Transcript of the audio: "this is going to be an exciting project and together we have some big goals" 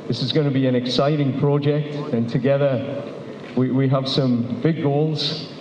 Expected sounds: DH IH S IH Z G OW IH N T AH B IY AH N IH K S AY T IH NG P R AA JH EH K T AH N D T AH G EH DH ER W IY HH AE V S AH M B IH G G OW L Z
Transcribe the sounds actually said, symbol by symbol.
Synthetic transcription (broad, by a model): DH IH S IH Z G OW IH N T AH B IY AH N IH K S AY T IH NG P R AA JH EH K T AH N T AH G EH DH ER W IY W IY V S AH M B IH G G OW L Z